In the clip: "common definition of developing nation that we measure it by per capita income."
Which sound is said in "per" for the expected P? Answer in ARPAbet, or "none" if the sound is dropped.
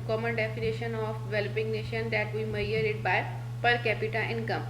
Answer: P